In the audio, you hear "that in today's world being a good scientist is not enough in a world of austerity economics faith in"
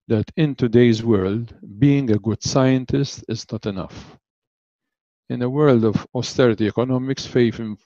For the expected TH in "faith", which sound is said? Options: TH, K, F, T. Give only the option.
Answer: F